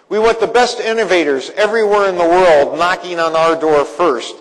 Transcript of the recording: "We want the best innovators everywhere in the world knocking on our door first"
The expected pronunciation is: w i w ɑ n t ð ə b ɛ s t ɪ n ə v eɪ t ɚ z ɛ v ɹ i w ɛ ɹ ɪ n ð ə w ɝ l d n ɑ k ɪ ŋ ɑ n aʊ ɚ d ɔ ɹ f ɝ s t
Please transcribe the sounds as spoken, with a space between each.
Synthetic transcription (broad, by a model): w i w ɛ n ð ə b ɛ s t ɪ n ə v eɪ t ɚ z ɛ v ɹ i w ɛ ɹ ɪ n ð ə w ɝ l d n ɑ k ɪ ŋ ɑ n aʊ ɚ d ɔ ɹ f ɝ s t